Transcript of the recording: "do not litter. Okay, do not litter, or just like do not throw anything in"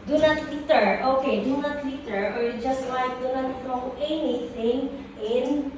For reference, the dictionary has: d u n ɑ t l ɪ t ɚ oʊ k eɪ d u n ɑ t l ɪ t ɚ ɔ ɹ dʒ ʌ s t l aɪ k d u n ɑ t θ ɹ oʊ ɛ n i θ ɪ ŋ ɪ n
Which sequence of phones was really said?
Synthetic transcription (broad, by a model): d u n ɑ t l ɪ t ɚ oʊ k eɪ d u n ɑ t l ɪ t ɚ ɔ ɹ dʒ ʌ s t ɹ aɪ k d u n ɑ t f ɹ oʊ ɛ n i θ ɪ ŋ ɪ n